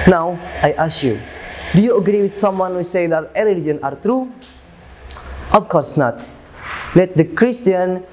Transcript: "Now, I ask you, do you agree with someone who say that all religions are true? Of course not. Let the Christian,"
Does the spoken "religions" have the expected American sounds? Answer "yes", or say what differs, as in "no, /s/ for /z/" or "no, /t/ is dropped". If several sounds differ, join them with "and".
no, /z/ is dropped